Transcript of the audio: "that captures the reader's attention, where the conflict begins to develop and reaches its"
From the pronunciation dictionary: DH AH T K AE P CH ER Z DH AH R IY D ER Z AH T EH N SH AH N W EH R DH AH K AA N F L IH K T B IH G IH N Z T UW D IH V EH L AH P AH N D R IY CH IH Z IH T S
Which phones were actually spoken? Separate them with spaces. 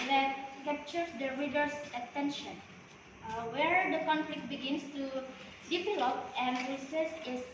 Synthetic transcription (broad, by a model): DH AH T K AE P CH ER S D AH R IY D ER S AH T EH N SH AH N W EH R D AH K AA N F L IH K T B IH G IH N S T UW D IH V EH L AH P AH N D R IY S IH S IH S